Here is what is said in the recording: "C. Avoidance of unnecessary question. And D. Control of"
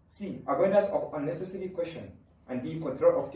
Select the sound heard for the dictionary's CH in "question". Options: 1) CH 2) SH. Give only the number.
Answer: 2